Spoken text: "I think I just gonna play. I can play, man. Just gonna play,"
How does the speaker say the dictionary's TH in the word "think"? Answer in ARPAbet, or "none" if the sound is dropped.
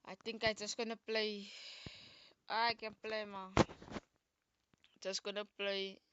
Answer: T